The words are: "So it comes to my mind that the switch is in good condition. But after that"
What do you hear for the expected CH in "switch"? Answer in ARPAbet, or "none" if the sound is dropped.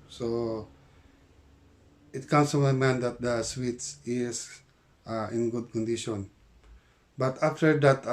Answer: S